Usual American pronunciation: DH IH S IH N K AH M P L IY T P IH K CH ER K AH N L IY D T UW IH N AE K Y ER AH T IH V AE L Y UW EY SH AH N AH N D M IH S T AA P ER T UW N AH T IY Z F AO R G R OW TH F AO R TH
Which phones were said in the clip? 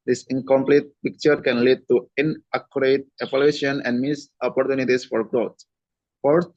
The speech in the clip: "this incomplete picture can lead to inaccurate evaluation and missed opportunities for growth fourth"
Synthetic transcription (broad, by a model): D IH S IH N K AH M P L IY T P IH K CH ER K AH N L IY D T UW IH N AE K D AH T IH P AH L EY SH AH N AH N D M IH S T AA P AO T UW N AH T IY S F AO R G R OW T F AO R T